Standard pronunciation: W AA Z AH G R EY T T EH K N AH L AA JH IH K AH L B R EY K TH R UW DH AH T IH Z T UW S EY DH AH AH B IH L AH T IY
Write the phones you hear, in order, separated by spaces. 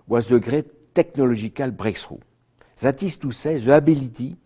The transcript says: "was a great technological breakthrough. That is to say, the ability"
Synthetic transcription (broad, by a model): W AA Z AH G R EY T T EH K N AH L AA ZH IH K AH L B R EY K S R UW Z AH T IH S T UW S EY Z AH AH B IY L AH T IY